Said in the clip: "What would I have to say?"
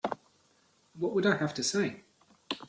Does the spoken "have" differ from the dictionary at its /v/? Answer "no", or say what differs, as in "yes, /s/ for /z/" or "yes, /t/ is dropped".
yes, /f/ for /v/